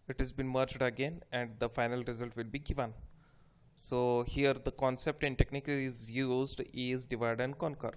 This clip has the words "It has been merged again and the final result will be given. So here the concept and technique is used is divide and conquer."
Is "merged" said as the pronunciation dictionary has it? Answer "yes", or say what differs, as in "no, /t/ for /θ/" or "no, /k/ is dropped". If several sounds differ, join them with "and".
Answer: yes